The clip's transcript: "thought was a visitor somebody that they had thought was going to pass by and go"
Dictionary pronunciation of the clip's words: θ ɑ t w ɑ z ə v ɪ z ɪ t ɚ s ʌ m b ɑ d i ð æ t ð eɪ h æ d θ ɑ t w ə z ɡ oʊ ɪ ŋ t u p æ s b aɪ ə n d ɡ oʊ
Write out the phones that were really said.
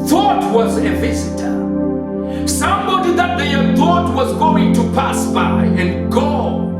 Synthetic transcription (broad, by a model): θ ɑ t w ɑ z ə v ɪ z ɪ t ɚ s ʌ m b ɑ d i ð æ t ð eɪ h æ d θ ɑ t w ə z ɡ oʊ ɪ ŋ t u p æ s b aɪ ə n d ɡ oʊ